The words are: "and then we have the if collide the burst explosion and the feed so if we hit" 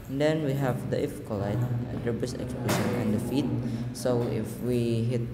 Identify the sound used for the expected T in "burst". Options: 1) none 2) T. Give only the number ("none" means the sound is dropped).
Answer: 1